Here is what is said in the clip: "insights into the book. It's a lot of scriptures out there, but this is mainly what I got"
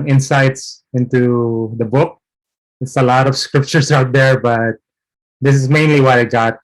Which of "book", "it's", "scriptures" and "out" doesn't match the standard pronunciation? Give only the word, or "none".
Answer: scriptures